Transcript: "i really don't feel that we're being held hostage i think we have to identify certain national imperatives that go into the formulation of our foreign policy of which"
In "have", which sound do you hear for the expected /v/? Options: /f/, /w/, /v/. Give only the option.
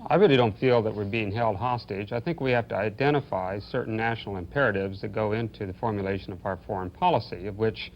/f/